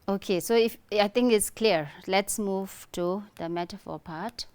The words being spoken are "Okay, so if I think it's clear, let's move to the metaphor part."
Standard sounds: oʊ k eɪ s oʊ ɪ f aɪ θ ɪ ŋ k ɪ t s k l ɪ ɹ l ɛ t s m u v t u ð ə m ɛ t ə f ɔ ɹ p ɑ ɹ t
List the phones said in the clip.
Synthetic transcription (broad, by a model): oʊ k eɪ s oʊ ɪ f aɪ t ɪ ŋ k ɪ t s k l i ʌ l ɛ t s m u v t u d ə m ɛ t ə f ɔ p ɑ t